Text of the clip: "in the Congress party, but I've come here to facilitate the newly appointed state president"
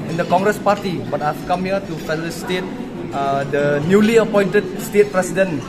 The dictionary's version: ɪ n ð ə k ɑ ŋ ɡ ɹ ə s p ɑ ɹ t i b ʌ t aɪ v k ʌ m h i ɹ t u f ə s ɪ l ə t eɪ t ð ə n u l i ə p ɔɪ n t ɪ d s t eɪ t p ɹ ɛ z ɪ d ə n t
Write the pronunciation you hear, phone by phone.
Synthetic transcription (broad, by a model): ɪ n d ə k ɑ ŋ ɡ ɹ ə s p ɑ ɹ t i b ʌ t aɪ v k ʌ m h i t u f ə ɪ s t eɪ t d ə n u l i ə p ɔɪ n t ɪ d s t eɪ t p ɹ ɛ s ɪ d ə n